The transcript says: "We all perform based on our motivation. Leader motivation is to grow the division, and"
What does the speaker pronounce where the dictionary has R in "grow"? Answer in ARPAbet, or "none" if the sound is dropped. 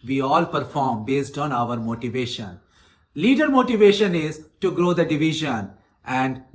R